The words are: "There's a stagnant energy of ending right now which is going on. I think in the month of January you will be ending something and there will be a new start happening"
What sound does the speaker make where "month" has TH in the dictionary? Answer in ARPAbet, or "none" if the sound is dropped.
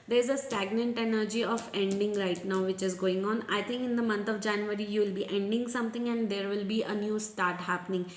T